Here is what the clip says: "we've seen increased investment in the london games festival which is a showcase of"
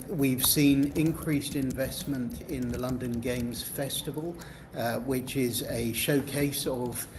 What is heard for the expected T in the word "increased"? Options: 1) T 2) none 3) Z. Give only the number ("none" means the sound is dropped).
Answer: 1